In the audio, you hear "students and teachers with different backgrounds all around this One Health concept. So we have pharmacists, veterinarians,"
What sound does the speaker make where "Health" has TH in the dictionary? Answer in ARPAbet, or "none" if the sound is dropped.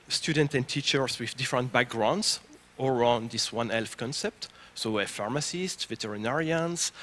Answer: F